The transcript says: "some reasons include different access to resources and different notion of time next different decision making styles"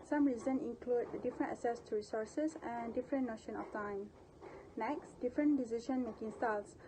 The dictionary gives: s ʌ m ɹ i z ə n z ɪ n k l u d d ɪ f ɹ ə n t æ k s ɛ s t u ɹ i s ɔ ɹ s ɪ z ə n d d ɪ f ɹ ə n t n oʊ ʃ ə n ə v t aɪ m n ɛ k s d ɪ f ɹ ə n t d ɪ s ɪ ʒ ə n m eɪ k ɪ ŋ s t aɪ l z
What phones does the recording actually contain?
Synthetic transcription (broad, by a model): s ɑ m ɹ i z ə n ɪ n k l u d d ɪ f ɹ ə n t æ s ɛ s t u ɹ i s ɔ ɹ s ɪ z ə n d d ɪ f ɹ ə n n oʊ ʃ ə n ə f t aɪ m n ɛ k s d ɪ f ɹ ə n d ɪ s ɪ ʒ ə n m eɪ k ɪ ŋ s t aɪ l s